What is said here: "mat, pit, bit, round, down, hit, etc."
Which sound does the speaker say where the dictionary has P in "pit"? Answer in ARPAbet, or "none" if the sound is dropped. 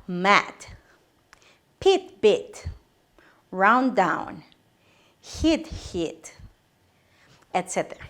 P